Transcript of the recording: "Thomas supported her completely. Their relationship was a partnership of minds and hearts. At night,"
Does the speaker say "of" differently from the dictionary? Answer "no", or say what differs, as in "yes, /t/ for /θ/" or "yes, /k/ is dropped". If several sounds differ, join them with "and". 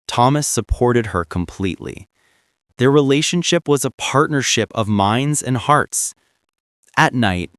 no